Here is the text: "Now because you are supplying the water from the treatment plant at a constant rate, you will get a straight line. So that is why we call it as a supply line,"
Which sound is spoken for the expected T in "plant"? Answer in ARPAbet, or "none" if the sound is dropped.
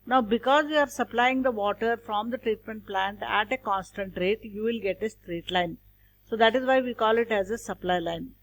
T